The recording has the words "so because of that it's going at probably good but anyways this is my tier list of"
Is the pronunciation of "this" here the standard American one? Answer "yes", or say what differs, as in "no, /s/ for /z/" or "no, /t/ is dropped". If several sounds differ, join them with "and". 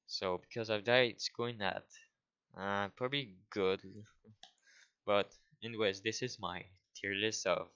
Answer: yes